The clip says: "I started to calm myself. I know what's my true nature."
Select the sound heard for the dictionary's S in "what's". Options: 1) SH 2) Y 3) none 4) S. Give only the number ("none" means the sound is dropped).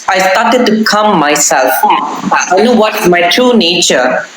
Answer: 3